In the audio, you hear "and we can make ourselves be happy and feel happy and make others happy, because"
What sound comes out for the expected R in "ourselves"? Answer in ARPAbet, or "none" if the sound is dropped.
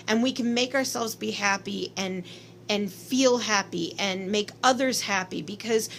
R